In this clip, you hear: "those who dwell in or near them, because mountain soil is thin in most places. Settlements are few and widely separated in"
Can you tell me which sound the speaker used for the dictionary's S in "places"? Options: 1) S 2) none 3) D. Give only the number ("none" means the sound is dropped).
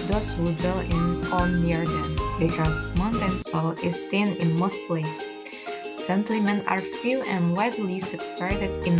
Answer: 2